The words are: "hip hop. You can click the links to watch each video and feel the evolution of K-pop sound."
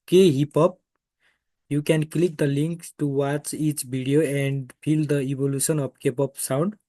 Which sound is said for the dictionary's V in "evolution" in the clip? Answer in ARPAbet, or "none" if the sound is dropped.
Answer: B